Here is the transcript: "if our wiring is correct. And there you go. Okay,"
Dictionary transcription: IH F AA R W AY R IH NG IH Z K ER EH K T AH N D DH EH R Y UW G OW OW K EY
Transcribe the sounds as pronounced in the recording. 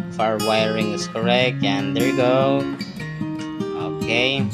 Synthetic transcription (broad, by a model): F AA R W AY R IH NG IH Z K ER EH K T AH N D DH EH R G OW OW K EY